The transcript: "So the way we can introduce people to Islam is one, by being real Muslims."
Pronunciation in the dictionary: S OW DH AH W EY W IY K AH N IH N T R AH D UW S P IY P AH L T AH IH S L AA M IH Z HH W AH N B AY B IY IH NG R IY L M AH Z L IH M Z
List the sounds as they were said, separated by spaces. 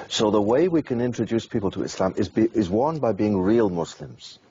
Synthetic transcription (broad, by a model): S OW DH AH W EY W IY K AH N IH N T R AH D UW S P IY P AH L T AH IH S L AA M IH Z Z W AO N B AY B IY IH NG R IY L M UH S L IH M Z